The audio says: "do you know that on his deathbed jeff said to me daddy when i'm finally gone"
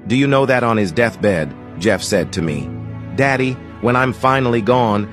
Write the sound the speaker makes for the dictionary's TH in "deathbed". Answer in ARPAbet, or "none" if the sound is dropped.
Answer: TH